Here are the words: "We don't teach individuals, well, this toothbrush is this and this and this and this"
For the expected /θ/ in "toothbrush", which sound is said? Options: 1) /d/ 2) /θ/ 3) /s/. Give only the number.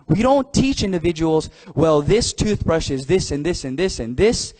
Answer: 2